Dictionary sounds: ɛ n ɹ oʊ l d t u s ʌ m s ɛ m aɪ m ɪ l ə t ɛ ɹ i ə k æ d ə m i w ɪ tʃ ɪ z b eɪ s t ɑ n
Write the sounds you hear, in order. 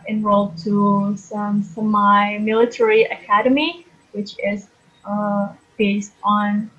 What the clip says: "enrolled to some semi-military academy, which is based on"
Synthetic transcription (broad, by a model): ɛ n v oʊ l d t u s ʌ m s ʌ m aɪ m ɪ l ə t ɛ ɹ i ə k æ d ə m i w ɪ tʃ ɪ z b eɪ s t n